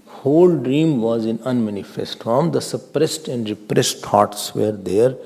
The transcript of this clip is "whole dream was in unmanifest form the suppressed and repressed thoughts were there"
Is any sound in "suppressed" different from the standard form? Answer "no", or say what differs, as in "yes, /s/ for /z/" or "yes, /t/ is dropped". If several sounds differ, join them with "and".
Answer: no